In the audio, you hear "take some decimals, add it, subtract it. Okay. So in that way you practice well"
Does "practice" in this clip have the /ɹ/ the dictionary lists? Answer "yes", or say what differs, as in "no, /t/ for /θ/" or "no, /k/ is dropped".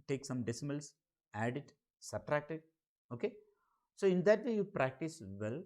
yes